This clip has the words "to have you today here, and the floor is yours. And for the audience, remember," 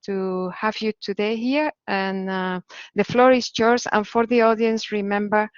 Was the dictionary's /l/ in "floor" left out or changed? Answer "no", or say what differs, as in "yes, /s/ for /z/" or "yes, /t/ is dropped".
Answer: no